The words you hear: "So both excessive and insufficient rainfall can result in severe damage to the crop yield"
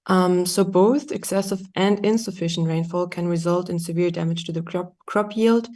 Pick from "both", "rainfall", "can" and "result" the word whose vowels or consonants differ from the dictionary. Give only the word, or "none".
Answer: none